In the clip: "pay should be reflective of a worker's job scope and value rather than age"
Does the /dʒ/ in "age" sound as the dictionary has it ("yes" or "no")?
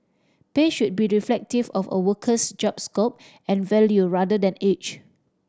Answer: no